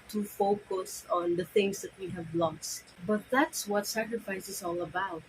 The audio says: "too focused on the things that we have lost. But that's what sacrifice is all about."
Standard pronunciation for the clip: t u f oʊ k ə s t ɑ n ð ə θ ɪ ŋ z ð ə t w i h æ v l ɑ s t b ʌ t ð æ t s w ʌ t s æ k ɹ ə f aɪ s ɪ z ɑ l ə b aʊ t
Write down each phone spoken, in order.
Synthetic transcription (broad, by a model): t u f oʊ k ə s ɑ n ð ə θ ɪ ŋ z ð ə t w i h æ v l ɑ s t b ʌ t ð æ t s w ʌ t s æ k ɹ ə f aɪ s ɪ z ɑ l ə b aʊ t